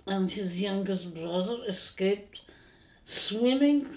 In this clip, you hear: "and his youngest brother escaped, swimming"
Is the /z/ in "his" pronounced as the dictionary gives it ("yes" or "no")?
yes